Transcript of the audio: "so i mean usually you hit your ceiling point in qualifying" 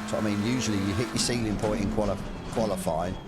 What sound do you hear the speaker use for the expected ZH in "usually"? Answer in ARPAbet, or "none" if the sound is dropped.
ZH